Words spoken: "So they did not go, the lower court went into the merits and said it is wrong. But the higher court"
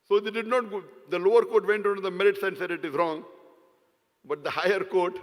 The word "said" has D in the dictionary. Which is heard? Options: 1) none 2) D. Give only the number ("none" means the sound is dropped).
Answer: 2